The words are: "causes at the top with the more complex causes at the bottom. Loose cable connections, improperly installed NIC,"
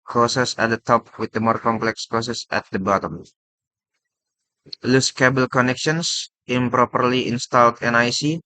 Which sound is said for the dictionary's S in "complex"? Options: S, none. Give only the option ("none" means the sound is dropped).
S